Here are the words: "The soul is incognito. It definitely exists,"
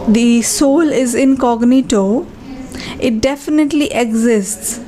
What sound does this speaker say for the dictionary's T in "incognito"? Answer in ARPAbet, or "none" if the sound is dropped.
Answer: T